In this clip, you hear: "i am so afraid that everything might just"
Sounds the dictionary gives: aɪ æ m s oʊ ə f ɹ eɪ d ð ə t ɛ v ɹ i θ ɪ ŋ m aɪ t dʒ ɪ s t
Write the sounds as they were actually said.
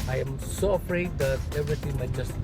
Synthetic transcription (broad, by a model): aɪ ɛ m s oʊ ə f ɹ eɪ d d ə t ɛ v ɹ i t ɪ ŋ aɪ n dʒ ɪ s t